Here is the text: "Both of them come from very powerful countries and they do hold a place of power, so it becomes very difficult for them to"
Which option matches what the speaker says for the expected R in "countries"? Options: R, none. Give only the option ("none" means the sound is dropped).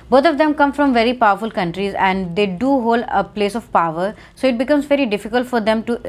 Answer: R